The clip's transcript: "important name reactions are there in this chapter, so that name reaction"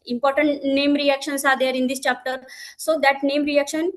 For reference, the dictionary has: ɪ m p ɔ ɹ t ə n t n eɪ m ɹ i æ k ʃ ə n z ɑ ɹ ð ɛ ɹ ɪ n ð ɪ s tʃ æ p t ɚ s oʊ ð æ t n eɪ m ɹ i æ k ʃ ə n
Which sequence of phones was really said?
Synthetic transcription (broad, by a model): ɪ m p ɔ ɹ t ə n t n eɪ m ɹ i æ k ʃ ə n s ɑ ɹ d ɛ ɹ ɪ n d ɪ s tʃ æ p t ɚ s oʊ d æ t n eɪ m ɹ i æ k ʃ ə n